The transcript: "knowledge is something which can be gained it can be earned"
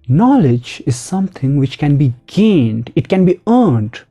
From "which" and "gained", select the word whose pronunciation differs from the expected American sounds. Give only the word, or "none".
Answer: none